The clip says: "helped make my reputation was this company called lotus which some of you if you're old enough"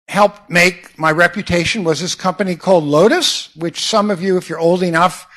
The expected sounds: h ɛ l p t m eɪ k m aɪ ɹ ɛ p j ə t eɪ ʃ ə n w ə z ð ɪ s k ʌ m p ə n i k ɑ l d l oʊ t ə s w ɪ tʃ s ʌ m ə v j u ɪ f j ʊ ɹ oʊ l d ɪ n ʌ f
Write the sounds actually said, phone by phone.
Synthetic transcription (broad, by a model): h ɛ l p m eɪ k m aɪ ɹ ɛ p j ə t eɪ ʃ ə n w ə z ð ɪ s k ʌ m p ə n i k ɑ l d l oʊ t ə s w ɪ tʃ s ʌ m ə v j u ɪ f j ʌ ɹ oʊ l d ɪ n ʌ f